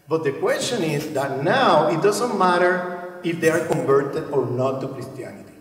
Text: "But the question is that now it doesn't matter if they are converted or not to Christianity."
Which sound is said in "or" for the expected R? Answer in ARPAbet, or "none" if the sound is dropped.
R